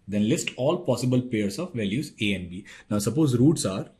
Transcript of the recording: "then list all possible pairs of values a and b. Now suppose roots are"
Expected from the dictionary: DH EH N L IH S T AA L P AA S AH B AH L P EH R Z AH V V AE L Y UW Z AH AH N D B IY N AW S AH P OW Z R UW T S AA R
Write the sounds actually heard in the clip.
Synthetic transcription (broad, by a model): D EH N L IH S T AA L P AA S AH B AH L P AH R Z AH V V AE L Y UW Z AH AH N B IY N AW S AH P OW Z R UW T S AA R